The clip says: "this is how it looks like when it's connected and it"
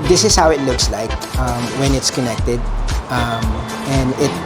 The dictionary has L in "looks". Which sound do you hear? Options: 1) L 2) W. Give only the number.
1